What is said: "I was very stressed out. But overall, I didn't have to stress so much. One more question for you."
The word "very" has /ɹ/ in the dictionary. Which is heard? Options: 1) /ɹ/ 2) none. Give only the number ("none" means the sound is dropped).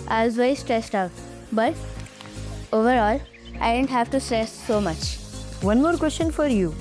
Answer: 2